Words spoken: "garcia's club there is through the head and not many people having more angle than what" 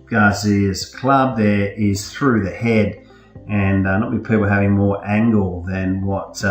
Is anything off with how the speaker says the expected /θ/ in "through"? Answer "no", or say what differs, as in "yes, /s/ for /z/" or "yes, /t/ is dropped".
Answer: no